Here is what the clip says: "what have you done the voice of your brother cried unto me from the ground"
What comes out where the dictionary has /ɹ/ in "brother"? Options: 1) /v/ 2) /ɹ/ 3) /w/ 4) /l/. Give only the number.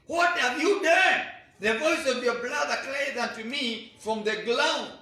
4